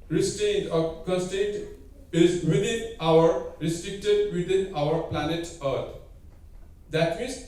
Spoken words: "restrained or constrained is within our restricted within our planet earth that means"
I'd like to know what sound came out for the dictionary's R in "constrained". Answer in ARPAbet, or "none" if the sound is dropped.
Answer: none